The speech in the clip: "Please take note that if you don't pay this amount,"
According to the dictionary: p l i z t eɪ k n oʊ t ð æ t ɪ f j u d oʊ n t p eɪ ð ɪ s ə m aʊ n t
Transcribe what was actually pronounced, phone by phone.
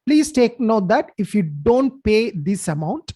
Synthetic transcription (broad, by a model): p l i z t eɪ k n oʊ t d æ t ɪ f j u d oʊ n t p eɪ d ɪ s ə m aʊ n t